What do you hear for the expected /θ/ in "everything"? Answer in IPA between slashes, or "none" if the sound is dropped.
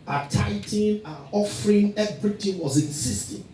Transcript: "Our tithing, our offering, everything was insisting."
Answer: /t/